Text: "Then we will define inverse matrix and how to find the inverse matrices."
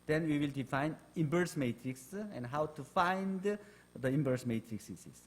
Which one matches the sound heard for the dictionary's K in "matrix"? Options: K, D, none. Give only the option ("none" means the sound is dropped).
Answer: K